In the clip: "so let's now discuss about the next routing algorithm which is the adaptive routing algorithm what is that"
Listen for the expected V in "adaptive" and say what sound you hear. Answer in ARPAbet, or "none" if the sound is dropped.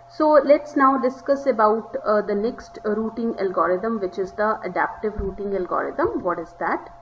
V